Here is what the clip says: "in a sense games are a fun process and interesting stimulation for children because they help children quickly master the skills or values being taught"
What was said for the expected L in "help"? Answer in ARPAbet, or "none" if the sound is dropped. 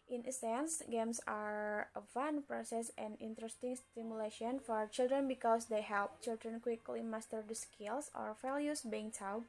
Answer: L